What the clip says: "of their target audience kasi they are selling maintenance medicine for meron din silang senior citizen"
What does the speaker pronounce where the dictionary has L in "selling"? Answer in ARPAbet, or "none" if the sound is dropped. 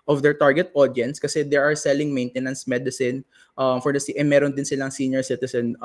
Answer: L